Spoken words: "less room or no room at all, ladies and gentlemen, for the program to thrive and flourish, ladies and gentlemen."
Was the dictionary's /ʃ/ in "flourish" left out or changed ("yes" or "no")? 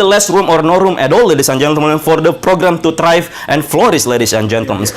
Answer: yes